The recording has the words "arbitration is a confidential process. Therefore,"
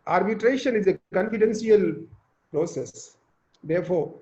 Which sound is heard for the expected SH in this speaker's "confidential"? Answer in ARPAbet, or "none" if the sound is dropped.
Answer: S